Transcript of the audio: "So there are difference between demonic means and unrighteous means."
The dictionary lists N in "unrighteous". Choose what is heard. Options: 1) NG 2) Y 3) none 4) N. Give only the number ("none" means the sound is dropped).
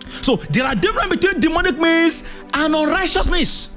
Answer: 4